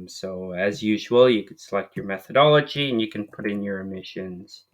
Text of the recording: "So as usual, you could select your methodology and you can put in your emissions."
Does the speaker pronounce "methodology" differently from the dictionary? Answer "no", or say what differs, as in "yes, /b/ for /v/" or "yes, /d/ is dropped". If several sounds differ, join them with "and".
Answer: no